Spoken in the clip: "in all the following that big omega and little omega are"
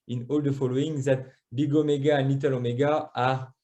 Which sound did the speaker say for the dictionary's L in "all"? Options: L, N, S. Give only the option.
L